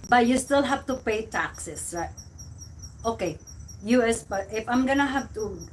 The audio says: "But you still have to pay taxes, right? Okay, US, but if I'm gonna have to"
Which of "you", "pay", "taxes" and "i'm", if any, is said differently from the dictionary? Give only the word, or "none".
taxes